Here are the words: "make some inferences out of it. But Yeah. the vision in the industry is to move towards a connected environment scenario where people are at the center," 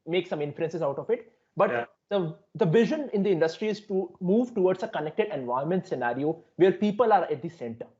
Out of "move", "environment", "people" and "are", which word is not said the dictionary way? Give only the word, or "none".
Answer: environment